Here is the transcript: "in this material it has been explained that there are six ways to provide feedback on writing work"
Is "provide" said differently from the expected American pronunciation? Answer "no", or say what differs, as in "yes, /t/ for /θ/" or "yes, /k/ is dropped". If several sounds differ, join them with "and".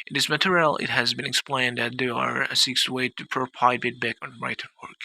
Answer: yes, /p/ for /v/